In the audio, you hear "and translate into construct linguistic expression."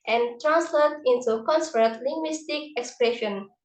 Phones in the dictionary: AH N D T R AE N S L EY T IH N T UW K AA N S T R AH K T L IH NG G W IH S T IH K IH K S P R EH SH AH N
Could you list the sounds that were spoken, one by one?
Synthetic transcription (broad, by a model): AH N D T R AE N S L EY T IH N T UW K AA N S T AH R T L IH NG G W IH S T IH K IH K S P R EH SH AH N